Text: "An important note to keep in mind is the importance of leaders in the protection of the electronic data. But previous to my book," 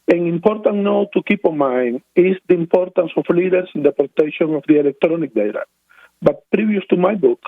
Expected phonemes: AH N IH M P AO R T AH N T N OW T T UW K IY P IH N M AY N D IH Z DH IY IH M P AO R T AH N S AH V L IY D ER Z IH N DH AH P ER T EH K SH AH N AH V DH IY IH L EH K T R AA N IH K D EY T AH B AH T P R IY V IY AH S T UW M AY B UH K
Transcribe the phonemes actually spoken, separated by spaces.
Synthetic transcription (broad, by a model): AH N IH M P AO R T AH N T N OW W T UW K IY P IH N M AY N IH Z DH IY IH M P AO R T AH N S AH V L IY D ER S IH N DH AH P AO T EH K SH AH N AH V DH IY IH L EH K T R AA N IH K D EY T AH B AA T P R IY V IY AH S T UW M AY B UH K